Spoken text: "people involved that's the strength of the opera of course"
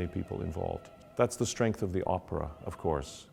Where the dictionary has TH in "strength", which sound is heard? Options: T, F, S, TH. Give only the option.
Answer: TH